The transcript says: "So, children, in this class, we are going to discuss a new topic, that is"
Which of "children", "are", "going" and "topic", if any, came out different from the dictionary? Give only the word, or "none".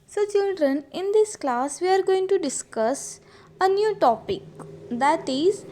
none